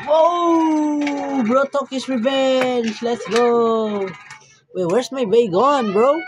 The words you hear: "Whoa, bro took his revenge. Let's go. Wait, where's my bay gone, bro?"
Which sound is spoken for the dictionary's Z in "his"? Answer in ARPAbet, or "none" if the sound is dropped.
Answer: S